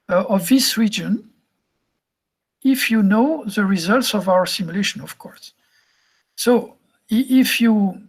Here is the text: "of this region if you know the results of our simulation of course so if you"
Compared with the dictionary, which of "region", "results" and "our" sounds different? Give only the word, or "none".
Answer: none